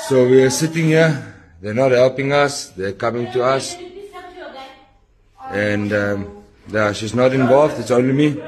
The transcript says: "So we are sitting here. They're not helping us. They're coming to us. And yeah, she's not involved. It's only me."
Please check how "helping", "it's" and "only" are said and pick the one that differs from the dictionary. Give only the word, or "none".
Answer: none